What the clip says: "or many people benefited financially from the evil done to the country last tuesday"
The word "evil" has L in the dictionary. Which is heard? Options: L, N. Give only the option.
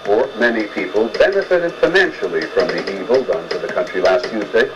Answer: L